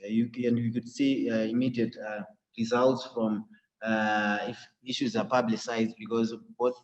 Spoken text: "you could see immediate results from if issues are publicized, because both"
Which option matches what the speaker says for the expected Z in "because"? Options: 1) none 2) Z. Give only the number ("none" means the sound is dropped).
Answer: 2